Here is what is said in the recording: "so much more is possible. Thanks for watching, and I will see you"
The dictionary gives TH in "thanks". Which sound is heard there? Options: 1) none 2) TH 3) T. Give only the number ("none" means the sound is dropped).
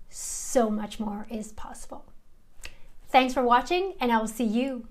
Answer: 2